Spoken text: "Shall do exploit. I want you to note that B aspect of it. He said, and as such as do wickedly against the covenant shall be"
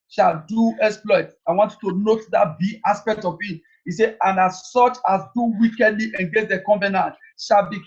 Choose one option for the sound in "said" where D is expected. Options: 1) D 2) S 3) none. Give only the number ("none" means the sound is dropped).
3